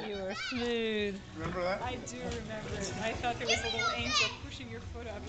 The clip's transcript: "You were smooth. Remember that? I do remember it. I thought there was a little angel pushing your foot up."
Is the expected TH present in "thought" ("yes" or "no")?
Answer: no